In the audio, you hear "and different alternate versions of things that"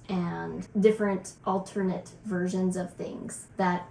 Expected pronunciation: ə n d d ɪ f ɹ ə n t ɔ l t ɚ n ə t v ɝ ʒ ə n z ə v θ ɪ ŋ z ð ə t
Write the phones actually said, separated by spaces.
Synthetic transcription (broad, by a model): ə n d d ɪ f ɹ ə n t ɔ l t ɚ n ə t v ɝ ʒ ə n z ə v θ ɪ ŋ z ð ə t